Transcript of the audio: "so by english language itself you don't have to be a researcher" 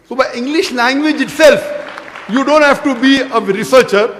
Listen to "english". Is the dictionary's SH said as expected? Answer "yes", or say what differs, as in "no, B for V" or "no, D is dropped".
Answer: yes